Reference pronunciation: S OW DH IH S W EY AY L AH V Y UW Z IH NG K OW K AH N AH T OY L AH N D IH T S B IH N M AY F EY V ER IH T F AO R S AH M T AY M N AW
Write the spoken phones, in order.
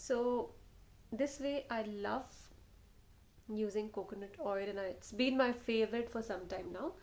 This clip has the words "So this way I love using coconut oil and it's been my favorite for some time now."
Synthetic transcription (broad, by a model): S OW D IH S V EY AY L AH V Y UW Z IH NG K OW K AH N AH T OY L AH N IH IH T S B IH N M AY F EY V ER IH T F AO R S AH M T AY M N AW